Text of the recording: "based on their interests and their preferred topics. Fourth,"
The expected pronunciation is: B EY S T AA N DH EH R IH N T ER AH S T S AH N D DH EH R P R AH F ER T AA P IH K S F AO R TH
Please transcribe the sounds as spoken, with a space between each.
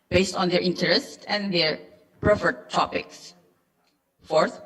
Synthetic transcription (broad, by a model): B EY S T AA N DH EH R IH N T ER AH S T AH N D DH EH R P R AH F ER T AA P IH K S F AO R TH